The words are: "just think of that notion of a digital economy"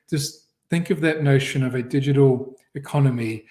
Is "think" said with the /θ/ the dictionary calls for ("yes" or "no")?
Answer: yes